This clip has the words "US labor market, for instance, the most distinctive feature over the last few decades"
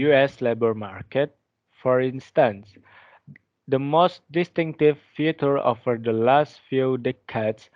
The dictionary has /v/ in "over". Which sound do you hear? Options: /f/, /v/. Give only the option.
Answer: /f/